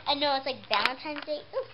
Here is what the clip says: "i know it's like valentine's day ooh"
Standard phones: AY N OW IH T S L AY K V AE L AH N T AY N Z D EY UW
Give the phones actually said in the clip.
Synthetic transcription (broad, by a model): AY N OW IH T S L AY K B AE L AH N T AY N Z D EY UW